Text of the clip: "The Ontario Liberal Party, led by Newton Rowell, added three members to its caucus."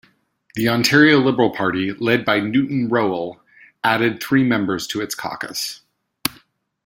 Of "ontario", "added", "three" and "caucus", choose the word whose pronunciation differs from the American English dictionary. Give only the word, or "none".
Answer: none